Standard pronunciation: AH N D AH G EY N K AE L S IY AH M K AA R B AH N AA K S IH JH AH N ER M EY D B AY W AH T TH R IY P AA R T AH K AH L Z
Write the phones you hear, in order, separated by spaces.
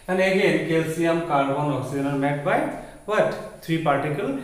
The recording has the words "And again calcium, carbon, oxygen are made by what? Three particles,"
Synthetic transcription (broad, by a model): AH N AH G EY N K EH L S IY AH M K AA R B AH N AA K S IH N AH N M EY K B AY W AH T T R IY P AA R T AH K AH L